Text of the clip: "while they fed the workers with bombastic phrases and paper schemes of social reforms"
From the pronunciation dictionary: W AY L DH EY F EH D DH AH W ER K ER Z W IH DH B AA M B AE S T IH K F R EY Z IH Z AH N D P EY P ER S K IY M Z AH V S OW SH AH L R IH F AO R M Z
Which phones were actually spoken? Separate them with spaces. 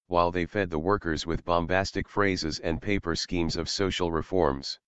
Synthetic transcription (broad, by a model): W AY L DH EY F EH D DH AH W ER K ER Z W IH DH B AA M B AE S T IH K F R EY Z IH Z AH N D P EY P ER S K IY M Z AH V S OW SH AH L R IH F AO R M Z